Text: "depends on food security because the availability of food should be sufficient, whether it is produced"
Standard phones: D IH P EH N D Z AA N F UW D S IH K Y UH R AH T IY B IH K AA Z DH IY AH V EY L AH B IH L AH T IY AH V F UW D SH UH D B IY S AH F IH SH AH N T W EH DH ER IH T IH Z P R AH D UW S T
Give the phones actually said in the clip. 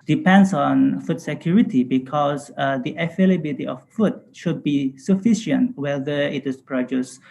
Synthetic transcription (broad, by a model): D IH P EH N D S AA N F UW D S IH K Y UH R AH T IY B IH K AA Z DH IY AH F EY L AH B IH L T IY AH F F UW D SH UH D B IY S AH F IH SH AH N T W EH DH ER IH T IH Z P R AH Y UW S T